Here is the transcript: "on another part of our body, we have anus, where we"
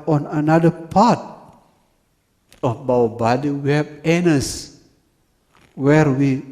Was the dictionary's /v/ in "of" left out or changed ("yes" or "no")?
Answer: yes